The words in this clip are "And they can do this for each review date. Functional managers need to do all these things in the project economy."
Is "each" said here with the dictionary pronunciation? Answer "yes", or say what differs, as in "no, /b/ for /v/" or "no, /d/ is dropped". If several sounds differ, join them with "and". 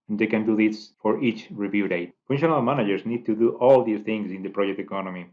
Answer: yes